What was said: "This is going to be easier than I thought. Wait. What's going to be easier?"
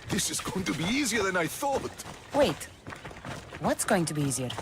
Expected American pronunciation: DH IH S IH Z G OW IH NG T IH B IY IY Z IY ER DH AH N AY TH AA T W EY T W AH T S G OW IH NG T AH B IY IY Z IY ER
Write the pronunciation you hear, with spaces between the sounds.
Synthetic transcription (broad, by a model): DH IH S IH Z G OW IH NG T IH B IY IY Z IY ER DH AH N AY TH AA T W EY T W AH T S G OW IH NG T AH B IY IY Z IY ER